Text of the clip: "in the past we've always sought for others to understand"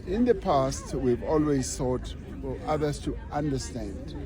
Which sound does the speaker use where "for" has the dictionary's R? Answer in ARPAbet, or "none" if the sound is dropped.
L